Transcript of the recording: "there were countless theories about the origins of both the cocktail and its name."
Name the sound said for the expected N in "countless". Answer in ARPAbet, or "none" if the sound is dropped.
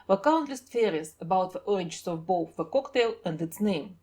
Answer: N